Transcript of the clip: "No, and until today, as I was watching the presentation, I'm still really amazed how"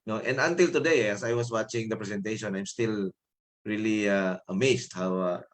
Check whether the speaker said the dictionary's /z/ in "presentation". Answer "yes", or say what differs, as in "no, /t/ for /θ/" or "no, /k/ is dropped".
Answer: no, /s/ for /z/